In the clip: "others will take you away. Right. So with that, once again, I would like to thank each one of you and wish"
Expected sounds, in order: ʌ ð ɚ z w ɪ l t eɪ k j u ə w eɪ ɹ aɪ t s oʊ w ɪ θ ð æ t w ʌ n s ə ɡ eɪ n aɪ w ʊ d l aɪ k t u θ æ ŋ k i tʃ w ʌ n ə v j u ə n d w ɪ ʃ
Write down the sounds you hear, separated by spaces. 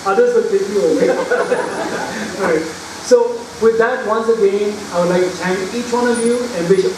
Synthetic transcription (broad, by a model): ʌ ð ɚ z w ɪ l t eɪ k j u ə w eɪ ɹ aɪ t s oʊ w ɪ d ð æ t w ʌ n s ə ɡ eɪ n aɪ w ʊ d l aɪ k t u t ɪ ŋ i tʃ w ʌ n ə v j u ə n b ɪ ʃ